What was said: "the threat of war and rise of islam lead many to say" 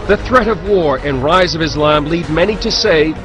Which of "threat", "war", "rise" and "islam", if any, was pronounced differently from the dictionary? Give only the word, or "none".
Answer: none